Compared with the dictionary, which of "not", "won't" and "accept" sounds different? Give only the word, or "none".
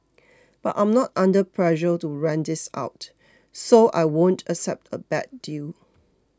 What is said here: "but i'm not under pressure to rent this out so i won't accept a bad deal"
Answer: none